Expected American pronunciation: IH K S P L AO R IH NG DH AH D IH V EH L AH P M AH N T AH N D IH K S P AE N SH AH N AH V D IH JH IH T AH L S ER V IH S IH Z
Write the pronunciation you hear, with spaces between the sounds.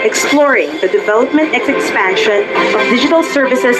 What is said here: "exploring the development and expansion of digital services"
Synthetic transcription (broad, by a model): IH K S P L AO R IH NG DH AH D IH V EH L AH P M AH N T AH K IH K S F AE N SH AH N AH V D IH JH IH T AH L S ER V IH S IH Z